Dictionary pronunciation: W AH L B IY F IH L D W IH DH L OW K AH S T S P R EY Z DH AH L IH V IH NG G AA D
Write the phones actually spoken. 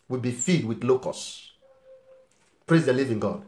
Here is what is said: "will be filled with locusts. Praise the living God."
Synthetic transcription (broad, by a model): W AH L B IY F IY D W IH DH L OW K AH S S P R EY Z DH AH L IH V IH NG G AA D